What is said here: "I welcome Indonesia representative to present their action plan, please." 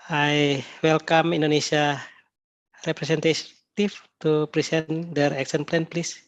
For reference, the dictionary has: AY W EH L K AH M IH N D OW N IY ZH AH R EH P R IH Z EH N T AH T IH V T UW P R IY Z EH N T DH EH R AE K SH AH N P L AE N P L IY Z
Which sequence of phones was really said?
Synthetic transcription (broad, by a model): AY W EH L K AH M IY N D OW N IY S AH R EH P R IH S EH N T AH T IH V T UW P R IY S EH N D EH R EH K S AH N P L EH N P L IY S